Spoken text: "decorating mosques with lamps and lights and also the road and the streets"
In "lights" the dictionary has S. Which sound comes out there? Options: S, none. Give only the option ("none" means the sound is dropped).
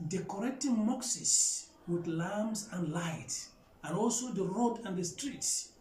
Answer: none